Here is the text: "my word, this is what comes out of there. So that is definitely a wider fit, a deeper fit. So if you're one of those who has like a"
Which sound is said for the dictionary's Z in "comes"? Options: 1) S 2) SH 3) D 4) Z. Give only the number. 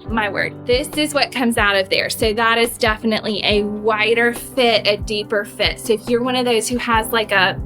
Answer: 4